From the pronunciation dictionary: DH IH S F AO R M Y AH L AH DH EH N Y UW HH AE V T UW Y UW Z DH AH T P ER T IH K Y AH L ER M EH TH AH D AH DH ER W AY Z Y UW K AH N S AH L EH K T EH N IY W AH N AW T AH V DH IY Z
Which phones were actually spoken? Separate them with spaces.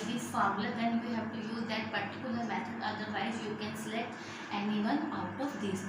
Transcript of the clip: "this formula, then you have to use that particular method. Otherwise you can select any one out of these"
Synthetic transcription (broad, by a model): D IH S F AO R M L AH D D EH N Y UW HH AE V T UW Y UW Z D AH T P ER T IH K Y AH L ER M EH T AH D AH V AY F Y UW K AH N S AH L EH T EH N IY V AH N AW T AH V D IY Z